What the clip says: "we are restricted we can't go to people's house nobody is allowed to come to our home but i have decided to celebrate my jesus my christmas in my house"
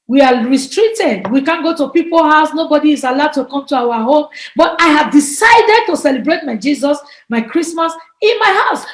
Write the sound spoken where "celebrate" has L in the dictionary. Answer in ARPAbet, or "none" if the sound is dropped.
L